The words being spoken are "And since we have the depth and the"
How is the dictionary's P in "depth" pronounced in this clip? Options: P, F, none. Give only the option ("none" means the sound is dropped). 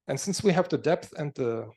P